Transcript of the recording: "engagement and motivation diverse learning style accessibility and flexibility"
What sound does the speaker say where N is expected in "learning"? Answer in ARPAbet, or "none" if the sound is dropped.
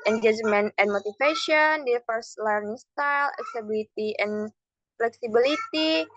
N